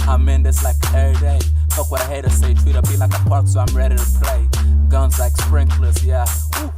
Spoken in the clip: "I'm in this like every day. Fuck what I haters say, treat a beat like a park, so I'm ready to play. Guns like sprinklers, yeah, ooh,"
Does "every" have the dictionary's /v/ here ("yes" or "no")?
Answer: no